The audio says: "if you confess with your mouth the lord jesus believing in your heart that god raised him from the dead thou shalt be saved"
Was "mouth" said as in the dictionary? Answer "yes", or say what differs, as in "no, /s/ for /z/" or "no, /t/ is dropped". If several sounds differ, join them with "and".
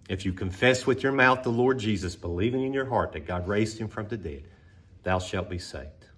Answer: yes